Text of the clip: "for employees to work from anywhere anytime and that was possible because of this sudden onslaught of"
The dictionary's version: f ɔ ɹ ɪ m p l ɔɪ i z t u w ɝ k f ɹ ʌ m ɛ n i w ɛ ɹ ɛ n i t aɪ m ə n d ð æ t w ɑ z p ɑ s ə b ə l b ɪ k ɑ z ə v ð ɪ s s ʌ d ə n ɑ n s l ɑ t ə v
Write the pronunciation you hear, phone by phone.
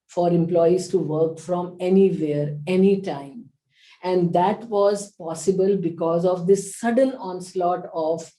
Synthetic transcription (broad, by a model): f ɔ ɹ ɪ m p l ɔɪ i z t u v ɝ k f ɹ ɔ m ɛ n i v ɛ ɹ ɛ n i t aɪ m ə n d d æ t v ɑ z p ɑ s ə b ə l b ɪ k ɑ z ə v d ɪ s s ʌ d ə n ɑ n s l ɑ t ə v